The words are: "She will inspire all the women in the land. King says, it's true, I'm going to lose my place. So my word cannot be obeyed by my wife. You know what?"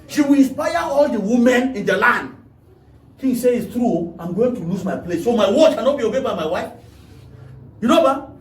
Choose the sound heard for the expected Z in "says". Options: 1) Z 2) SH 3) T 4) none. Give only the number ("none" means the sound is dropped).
4